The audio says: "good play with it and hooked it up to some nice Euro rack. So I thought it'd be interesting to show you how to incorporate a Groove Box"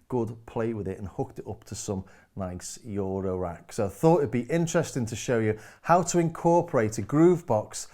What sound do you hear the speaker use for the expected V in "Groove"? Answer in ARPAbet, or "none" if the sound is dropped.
V